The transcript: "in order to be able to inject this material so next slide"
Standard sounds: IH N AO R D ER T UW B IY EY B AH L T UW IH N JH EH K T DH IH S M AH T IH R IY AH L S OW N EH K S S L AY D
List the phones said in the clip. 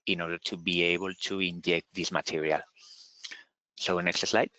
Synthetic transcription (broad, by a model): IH N AO R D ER T UW B IY EY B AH L T UW IH N JH EH K T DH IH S M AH T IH R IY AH L S OW N EH K S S L AY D